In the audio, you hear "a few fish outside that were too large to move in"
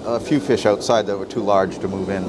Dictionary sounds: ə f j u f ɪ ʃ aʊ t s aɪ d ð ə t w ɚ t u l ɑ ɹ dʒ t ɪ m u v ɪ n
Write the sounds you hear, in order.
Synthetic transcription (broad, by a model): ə f j u f ɪ ʃ aʊ t s aɪ d ð ə t w ɚ t u l ɑ ɹ dʒ t ɪ m u v ɪ n